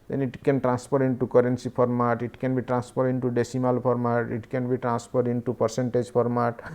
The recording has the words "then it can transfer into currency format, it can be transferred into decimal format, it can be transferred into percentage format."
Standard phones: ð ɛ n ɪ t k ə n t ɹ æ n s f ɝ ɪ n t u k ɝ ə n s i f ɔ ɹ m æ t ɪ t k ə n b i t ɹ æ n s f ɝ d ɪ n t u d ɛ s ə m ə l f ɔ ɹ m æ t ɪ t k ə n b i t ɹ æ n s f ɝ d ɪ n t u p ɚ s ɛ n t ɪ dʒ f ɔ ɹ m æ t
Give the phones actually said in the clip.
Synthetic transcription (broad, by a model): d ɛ n ɪ t k ə n t ɹ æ n s p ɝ ɪ n t u k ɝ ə n s i p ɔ ɹ m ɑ t ɪ t k ə n b i t ɹ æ n s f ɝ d ɪ n t u d ɛ s ə m ə l p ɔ ɹ m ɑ t ɪ t k ə n b i t ɹ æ n s p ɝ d ɪ n t u p ɚ s ɛ n t ɪ dʒ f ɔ ɹ m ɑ t